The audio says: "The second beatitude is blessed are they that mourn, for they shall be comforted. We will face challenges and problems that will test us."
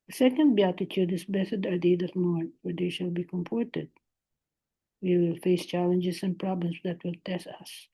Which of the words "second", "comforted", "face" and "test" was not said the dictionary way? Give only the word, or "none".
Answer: comforted